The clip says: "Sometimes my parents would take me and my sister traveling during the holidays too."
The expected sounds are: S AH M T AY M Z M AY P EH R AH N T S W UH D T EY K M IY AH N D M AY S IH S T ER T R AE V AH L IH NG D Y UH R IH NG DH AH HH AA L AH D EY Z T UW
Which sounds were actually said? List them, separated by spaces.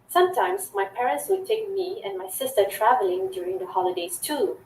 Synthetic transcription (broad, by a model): S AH M T AY M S M AY P EH R AH N T S W UH D T EY K M IY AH N M AY S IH S T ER T R AE V AH L IH NG D Y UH R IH NG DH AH HH AA L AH D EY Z T UW